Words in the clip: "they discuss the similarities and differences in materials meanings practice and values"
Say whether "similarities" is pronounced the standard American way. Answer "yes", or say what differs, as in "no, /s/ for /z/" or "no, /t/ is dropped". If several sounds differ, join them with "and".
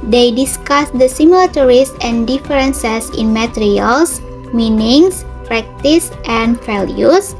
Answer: no, /s/ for /z/